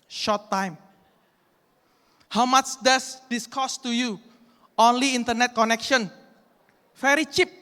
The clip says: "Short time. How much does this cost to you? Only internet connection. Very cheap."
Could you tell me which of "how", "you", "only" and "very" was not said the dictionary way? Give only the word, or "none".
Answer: very